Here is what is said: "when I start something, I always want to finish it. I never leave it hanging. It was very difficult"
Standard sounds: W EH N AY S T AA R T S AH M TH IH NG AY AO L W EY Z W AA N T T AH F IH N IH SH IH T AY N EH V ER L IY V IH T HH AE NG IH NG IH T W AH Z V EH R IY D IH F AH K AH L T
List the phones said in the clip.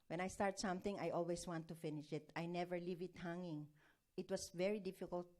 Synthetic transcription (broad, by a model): W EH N AY S T AA R T S AH M TH IH NG AY AO L W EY S W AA N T T AH F IH N IH SH IH T AY N EH V ER L IY V IH T HH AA NG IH NG IH T W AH S V EH R IY D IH F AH K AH L T